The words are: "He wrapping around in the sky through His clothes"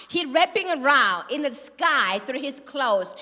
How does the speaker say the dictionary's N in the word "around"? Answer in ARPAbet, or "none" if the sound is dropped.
none